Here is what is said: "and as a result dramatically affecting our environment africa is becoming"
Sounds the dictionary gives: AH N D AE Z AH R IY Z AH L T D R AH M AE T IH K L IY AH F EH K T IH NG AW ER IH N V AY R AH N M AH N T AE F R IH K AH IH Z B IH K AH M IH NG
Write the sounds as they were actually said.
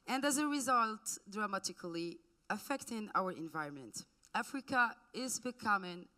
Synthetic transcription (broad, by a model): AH N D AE Z AH R IY Z AH L T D R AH M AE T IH K L IY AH F EH K T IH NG AW ER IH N V AY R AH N M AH N T AE F R IH K AH IH Z B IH K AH M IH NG